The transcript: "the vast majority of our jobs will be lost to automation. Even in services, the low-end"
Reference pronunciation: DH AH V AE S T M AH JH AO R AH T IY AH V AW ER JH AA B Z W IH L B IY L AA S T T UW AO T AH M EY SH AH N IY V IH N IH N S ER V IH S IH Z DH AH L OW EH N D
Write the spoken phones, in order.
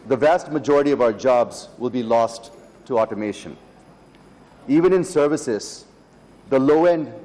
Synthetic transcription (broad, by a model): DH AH V AE S T M AH JH AO R AH T IY AH V AW ER JH AA B Z W IH L B IY L AA S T T UW AO T AH M EY SH AH N IY V IH N IH N S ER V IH S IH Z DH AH L OW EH N D